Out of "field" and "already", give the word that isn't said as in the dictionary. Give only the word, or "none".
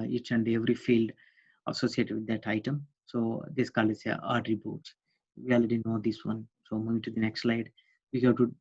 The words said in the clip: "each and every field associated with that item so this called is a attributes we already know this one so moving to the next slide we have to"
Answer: none